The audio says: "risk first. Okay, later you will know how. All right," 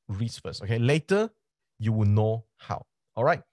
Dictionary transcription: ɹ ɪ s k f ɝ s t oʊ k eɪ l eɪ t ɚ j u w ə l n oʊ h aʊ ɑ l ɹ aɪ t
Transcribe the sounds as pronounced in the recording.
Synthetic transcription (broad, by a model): ɹ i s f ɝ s oʊ k eɪ l eɪ t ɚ j u w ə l n oʊ h aʊ ɑ l ɹ aɪ t